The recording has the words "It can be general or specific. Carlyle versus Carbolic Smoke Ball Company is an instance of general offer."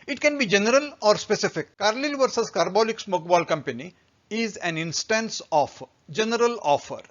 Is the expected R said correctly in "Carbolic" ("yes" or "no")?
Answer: yes